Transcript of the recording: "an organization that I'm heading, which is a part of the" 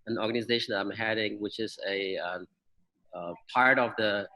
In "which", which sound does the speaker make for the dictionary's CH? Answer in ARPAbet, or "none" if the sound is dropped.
CH